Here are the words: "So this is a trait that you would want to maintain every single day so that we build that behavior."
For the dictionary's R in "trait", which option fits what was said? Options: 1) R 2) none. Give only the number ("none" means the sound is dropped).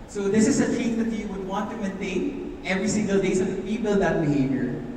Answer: 2